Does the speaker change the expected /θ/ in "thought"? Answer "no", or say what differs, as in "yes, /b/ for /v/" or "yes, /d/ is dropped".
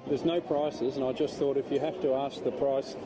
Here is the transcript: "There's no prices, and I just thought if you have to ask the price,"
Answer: no